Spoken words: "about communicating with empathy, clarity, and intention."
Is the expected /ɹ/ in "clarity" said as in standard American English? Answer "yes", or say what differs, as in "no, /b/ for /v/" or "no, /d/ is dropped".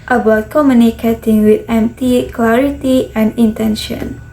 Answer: yes